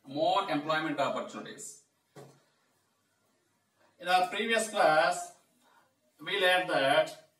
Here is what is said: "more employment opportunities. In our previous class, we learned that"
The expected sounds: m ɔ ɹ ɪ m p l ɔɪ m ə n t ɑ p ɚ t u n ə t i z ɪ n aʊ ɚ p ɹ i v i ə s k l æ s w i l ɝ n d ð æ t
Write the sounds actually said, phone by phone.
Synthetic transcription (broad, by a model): m ɔ ɹ ɪ m p l ɔɪ m ə n t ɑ p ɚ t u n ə t i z ɪ n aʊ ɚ p ɹ i v i ə s k l æ s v i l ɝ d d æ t